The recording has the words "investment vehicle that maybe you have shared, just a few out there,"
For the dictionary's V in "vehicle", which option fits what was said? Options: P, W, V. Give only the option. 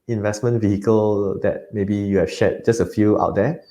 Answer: V